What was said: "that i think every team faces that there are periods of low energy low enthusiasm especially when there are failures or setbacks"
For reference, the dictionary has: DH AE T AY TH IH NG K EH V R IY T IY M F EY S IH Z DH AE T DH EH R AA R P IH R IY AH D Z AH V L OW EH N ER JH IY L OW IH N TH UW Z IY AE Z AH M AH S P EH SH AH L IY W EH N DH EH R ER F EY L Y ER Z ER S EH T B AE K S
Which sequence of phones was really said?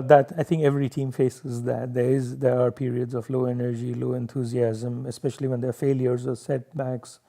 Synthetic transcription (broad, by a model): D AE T AY T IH NG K EH V R IY T IY M F EY S IH Z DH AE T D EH R AA R P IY R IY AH D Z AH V L OW EH N ER JH IY L OW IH N T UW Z IY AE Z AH M AH S P EH SH AH L IY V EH N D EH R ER F EY L Y ER Z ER S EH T B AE K S